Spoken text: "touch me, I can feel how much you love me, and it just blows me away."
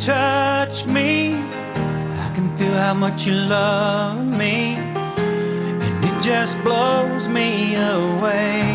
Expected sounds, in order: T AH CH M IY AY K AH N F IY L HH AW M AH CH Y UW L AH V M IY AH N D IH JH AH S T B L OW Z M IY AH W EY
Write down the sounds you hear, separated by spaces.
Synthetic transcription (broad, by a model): T AH CH M IY AY K AH N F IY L HH AW M AH CH Y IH L AH V M IY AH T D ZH AH S B L OW Z M IY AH W EY